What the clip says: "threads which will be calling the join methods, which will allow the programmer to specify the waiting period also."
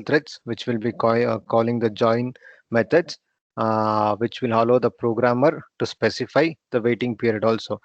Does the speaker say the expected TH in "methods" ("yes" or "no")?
no